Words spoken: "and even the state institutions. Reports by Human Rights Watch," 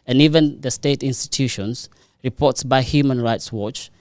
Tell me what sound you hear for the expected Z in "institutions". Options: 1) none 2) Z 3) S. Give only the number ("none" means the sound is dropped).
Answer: 3